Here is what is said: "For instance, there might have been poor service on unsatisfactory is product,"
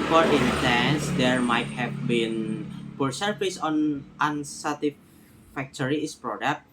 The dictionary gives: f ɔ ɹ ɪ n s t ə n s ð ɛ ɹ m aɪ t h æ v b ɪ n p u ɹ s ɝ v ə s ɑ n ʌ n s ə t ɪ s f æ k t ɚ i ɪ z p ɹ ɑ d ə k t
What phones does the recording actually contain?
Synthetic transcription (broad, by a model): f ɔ ɹ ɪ n s t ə n s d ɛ ɹ m aɪ t h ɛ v b ɪ n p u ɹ s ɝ f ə s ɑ n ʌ n s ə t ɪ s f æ k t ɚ i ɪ s p ɹ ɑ d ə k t